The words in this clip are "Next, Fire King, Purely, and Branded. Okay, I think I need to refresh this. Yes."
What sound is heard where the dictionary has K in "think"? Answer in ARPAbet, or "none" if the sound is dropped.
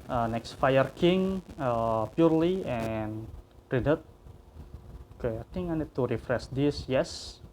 none